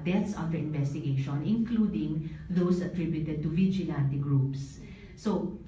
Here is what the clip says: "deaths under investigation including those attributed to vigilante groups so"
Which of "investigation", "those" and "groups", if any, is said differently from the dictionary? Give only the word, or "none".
those